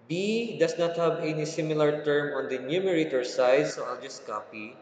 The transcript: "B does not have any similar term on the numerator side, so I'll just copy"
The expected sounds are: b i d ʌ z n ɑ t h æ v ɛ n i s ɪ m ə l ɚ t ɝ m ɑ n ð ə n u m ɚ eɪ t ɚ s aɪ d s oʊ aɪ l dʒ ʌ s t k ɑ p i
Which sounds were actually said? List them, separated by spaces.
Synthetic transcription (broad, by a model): b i d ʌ s n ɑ t h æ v ɛ n i s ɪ m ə l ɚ t ɝ m ɑ n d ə n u m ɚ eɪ t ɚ s aɪ d s oʊ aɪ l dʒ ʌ s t k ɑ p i